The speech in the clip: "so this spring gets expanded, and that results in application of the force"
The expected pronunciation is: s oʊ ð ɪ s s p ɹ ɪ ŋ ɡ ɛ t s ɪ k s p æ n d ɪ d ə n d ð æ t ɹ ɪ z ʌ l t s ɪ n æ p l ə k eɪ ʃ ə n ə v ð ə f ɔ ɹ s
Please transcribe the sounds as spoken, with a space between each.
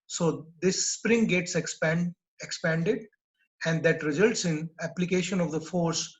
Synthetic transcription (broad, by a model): s oʊ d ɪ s s p ɹ ɪ ŋ ɡ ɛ t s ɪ k s p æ n d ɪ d ə n d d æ t ɹ ɪ z ʌ l t s ɪ n æ p l ə k eɪ ʃ ə n ə v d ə f ɔ ɹ s